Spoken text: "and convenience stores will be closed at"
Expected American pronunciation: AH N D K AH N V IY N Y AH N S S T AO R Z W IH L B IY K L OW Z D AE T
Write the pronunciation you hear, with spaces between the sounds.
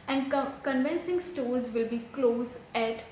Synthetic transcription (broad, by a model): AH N D K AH N V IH N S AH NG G S T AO R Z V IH L B IY K L OW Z AE T